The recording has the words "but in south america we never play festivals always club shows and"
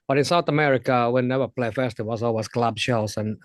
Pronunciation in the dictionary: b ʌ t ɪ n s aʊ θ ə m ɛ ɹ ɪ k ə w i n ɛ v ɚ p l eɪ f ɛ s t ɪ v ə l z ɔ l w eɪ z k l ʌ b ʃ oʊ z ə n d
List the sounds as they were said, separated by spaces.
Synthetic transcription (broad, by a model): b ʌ t ɪ n s aʊ θ ə m ɛ ɹ ɪ k ə w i n ɛ v ɚ p l eɪ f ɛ s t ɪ w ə z ɔ l w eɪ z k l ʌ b ʃ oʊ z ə n